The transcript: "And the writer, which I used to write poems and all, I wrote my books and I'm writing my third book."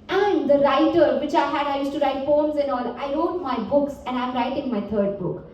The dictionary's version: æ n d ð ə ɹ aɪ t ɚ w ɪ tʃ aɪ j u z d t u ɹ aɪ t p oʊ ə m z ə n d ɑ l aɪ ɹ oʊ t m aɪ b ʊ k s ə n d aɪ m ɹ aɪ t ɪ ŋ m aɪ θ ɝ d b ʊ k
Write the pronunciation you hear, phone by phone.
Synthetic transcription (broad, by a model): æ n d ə ɹ aɪ t ɚ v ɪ tʃ aɪ j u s t u ɹ aɪ t f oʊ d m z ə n ɑ l aɪ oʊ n m aɪ b ʊ k s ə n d aɪ m ɹ aɪ t ɪ ŋ m aɪ t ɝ d b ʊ k